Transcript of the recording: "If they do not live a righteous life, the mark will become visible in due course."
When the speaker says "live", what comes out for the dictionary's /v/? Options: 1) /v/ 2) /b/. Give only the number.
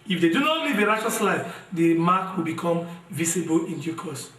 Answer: 2